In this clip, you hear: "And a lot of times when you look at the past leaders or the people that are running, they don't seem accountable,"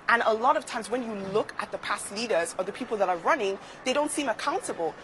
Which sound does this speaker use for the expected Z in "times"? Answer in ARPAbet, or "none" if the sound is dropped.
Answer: Z